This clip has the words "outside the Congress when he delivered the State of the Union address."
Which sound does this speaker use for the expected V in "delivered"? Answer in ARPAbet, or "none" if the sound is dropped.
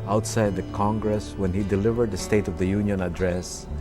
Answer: V